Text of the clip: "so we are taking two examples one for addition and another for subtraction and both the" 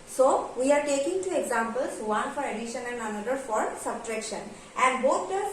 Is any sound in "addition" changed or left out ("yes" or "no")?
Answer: no